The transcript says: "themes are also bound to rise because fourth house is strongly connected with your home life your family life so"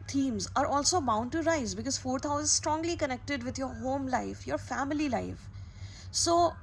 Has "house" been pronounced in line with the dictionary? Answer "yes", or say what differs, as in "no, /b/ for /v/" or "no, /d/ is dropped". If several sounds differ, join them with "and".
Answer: no, /s/ is dropped